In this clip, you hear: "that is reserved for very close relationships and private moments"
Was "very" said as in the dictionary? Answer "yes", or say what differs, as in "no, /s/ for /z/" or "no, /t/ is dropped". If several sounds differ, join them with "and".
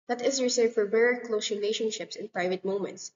no, /b/ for /v/